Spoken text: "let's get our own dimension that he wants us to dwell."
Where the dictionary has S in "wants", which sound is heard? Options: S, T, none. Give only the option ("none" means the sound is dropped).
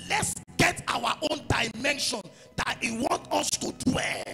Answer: none